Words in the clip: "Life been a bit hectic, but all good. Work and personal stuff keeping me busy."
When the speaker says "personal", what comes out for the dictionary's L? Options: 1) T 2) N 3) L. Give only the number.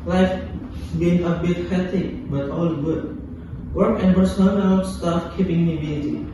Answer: 2